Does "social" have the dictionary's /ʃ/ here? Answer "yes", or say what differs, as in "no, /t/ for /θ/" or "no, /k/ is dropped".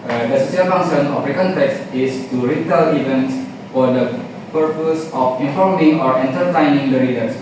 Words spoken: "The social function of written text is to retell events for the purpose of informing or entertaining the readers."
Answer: no, /s/ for /ʃ/